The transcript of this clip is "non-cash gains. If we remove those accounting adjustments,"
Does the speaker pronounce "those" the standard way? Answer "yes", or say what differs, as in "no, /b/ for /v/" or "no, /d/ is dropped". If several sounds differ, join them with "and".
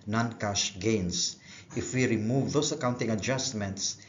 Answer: no, /s/ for /z/